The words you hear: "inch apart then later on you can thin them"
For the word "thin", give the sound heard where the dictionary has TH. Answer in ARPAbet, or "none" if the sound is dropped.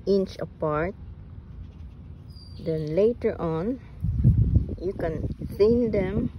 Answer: S